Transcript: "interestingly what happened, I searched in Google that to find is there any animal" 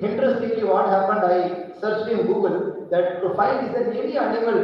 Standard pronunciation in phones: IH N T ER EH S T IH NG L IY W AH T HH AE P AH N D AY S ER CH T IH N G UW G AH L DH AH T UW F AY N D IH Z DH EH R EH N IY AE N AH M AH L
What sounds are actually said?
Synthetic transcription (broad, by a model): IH N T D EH S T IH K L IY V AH T HH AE P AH N D AY S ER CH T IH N G UW G AH L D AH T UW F AY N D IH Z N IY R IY IY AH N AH M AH L